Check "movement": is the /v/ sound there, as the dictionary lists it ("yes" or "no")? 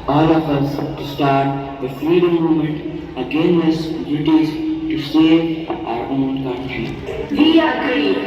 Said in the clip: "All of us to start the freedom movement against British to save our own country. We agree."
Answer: no